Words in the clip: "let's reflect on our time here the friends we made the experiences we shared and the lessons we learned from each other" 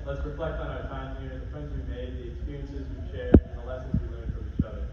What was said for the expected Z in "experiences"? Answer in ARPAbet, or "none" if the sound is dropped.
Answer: Z